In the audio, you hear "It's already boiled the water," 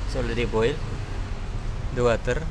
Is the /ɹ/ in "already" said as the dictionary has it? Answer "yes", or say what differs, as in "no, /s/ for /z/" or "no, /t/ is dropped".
no, /l/ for /ɹ/